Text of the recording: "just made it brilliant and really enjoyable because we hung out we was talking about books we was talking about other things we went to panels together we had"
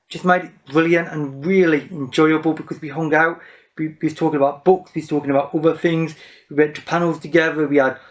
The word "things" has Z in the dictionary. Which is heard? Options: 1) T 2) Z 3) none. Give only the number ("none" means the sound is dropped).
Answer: 2